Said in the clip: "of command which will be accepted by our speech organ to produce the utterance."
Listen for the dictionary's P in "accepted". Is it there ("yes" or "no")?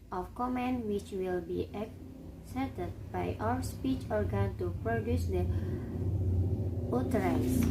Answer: no